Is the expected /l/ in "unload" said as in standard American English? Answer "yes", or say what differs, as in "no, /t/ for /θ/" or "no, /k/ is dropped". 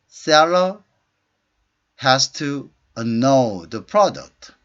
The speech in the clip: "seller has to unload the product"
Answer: no, /l/ is dropped